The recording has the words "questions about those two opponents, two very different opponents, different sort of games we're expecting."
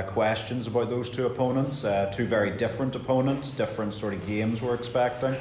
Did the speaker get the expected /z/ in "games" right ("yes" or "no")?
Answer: yes